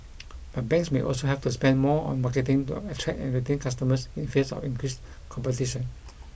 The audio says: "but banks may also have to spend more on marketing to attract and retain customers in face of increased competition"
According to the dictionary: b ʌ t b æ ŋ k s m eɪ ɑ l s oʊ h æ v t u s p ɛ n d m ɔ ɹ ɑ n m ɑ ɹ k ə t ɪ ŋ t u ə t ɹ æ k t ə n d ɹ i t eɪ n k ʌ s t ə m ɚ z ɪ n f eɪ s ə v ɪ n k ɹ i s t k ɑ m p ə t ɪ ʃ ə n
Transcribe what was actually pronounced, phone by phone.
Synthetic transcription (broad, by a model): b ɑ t b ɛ ŋ k s m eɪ ɑ l s oʊ h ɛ f t u s p ɛ n d m ɔ ɑ n m ɑ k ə t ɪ ŋ t u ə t ɹ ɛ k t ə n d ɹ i t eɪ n k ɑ s t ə m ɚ s ɪ n f eɪ s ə f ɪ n k ɹ i s k ɑ m p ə t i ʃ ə n